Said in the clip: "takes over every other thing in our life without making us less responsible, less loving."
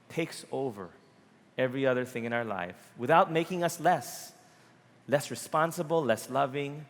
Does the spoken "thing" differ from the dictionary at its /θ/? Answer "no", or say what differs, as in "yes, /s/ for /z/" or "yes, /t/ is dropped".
no